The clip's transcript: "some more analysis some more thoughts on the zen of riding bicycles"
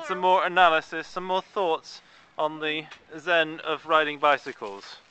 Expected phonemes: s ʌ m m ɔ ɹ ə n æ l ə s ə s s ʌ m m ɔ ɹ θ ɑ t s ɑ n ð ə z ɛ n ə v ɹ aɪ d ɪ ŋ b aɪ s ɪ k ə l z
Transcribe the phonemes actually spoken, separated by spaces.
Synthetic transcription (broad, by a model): s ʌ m m ɔ ɹ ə n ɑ l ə s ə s s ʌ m m ɔ θ ɑ t s n ð ə z ɛ n ə v ɹ aɪ d ɪ ŋ b aɪ s ɪ k ə l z